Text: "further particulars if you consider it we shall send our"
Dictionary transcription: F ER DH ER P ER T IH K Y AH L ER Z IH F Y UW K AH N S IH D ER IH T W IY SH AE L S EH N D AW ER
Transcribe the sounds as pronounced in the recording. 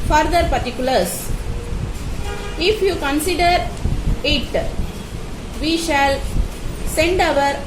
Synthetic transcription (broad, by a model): F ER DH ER P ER T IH K Y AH L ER S IH F Y UW K AH N S IH D ER IH T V IY SH AE L S EH N D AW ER